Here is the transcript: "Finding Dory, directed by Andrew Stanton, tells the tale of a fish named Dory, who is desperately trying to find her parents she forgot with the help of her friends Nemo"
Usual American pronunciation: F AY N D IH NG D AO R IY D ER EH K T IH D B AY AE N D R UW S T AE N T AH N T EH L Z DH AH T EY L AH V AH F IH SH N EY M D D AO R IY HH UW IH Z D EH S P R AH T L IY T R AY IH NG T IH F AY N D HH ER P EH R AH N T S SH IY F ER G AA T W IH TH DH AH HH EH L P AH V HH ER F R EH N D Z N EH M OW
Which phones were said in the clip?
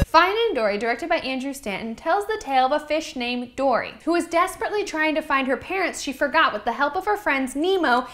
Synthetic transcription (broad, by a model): F AY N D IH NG D AO R IY D ER EH K T IH D B AY AE N D R UW S T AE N N T EH L Z DH AH T EY L AH V AH F IH SH N EY M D D AO R IY HH UW IH Z D EH S P R AH T L IY T R AY IH NG T IH F AY N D HH ER P EH R AH N T S SH IY F ER G AA T W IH DH AH HH EH L P AH V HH ER F R EH N D Z N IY M OW